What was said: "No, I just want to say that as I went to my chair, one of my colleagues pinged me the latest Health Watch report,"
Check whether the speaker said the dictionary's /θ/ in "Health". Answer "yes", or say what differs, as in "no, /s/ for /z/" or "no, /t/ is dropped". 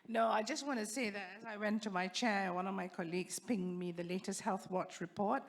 yes